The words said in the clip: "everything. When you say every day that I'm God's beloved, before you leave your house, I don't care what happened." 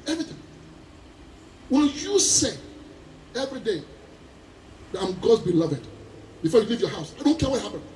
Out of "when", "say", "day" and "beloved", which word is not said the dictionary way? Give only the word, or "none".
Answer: when